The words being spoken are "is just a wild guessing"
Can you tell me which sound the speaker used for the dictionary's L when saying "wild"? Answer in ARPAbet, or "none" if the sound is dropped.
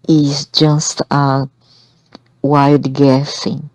none